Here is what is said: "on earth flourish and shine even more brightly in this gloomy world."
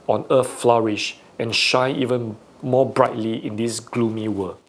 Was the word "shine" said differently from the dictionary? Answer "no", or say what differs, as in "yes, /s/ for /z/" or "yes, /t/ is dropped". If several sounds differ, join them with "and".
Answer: yes, /n/ is dropped